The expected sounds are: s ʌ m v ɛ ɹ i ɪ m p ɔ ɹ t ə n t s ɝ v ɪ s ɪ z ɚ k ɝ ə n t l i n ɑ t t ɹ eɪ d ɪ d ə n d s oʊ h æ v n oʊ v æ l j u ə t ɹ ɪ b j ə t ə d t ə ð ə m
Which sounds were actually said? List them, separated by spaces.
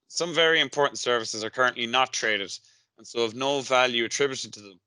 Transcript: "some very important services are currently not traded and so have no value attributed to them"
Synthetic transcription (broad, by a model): s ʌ m v ɛ ɹ i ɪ m p ɔ ɹ t n t s ɝ v ɪ s ɪ z ɚ k ɝ ə n t l i n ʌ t t ɹ eɪ d ɪ d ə n s oʊ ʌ v n oʊ v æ l j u ə t ɹ ɪ b j ə t ə d t ə ð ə m